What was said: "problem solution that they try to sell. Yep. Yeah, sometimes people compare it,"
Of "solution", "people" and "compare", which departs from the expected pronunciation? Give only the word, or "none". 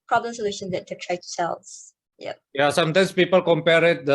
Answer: none